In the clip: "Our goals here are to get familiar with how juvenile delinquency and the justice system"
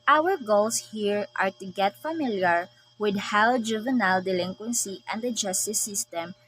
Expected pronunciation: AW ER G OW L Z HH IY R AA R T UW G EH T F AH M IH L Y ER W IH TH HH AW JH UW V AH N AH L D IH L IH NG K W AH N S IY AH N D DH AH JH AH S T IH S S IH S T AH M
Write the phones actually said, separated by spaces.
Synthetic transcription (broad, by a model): AW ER G OW L S HH IY R AA R T UW G EH T F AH M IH L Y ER W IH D HH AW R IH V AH N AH L D IH L IH NG K W AH N S IY AH N D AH JH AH S T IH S S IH S T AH M